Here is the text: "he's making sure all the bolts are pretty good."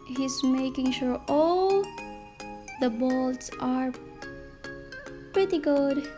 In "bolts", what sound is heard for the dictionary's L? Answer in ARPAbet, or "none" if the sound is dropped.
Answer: L